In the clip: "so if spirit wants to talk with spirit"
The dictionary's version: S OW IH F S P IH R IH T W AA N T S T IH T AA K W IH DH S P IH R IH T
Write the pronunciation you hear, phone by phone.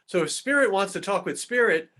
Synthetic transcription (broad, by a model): S OW IH F S P IH R IH T W AA N T S T IH T AA K W IH DH S P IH R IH T